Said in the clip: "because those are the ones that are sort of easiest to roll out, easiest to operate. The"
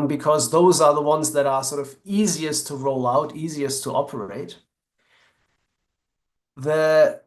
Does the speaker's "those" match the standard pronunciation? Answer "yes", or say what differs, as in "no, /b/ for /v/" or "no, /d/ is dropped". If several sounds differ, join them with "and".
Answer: yes